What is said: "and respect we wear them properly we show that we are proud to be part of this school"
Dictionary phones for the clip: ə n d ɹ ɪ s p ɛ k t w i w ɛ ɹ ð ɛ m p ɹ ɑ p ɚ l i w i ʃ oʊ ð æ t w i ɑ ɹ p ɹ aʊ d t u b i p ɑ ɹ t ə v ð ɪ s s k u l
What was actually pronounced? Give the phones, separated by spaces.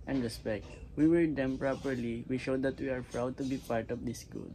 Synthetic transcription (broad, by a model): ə n d ɹ ɪ s p ɛ k t w i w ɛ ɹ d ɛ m p ɹ ɑ p ɚ l i w i ʃ oʊ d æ t w i ɑ ɹ p ɹ aʊ d t u b i p ɑ ɹ t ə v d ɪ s s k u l